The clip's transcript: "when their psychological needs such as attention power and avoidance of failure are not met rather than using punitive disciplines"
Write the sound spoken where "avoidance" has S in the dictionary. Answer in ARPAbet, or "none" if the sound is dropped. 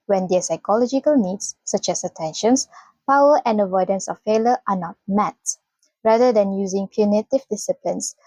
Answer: S